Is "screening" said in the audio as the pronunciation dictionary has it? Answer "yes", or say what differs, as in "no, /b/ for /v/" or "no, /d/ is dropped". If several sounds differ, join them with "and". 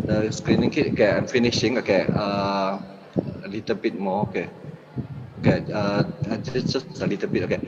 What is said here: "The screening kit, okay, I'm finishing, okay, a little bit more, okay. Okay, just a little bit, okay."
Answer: yes